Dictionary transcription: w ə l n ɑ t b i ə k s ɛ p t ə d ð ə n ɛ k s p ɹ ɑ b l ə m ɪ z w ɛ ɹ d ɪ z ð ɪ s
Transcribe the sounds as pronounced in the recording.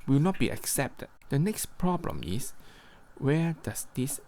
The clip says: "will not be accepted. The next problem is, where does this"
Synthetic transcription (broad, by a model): w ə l n ɑ t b i ə k s ɛ p t ə d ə n ɛ k s p ɹ ɑ b l ə m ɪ s w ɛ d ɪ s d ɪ s